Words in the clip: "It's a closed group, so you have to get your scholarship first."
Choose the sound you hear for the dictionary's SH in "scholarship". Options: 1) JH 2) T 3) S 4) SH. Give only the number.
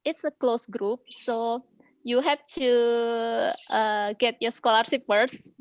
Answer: 3